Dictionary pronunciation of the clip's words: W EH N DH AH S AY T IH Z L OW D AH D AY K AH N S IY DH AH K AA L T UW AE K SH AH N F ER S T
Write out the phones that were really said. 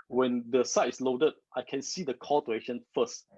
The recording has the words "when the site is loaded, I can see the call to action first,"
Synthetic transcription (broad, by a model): W EH N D AH S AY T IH S L OW D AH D AY K AH N S IY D AH K AA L T UW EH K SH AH N F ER S T